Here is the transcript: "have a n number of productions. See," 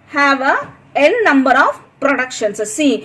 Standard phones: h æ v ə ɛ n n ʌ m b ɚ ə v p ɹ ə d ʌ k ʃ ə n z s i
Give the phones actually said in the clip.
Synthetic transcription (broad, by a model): h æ v ə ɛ l n ʌ m b ɚ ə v p ɹ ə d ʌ k ʃ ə n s s i